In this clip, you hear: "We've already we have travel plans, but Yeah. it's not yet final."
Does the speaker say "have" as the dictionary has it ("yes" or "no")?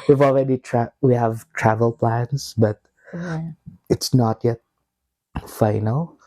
yes